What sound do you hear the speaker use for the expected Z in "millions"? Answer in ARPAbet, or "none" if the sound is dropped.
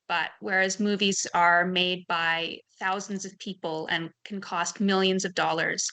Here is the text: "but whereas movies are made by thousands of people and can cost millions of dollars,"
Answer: Z